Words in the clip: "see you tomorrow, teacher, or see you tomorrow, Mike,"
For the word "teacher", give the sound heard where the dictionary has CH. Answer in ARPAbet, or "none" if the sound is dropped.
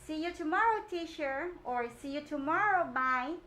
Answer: SH